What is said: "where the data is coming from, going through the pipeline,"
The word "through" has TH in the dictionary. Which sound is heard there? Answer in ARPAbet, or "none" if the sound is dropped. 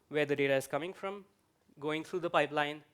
T